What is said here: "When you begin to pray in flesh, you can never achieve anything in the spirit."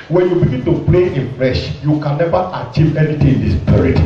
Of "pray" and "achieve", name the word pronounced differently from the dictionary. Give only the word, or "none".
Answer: pray